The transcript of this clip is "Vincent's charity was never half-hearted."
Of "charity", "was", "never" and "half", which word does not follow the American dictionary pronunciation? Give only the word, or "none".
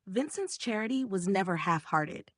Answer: none